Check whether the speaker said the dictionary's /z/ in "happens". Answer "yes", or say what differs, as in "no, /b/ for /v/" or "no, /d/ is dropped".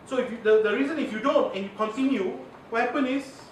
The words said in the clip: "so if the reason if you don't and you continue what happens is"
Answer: no, /z/ is dropped